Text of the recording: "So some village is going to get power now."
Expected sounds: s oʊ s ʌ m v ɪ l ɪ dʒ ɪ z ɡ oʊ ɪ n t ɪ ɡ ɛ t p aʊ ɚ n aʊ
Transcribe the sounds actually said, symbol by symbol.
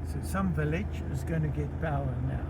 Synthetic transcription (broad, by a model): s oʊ s ʌ m v ɪ l ɪ dʒ ɪ z ɡ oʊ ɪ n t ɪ ɡ ɛ t b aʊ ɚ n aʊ